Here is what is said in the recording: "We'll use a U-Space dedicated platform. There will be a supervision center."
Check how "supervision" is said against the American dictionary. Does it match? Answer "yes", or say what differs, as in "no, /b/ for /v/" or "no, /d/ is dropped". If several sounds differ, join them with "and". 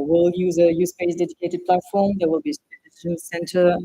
no, /p/ is dropped